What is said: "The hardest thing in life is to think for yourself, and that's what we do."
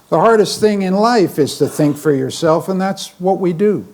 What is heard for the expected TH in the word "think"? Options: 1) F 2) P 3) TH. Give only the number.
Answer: 3